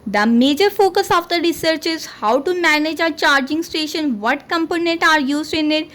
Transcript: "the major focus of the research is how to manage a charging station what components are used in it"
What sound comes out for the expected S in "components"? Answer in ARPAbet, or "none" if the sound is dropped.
none